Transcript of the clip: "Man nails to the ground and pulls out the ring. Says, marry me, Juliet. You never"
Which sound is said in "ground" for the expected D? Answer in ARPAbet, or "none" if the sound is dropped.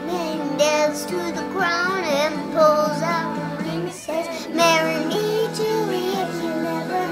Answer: none